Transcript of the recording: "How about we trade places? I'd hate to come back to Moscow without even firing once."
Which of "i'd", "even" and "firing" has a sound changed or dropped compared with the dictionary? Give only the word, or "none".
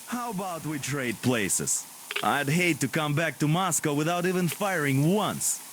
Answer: none